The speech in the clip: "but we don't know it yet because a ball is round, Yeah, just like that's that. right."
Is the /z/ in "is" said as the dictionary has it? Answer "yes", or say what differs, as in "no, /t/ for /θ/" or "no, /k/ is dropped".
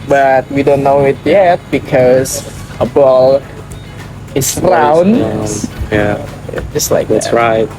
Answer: no, /s/ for /z/